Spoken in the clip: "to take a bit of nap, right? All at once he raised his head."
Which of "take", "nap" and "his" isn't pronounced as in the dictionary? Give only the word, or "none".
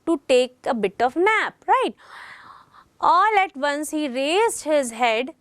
none